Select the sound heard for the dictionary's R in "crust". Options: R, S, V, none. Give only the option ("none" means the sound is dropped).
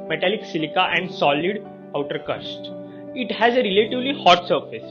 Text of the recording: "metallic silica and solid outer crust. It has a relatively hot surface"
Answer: none